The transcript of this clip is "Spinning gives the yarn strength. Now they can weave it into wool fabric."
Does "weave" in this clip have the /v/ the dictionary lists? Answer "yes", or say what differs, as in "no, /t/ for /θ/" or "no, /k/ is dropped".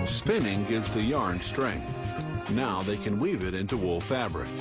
yes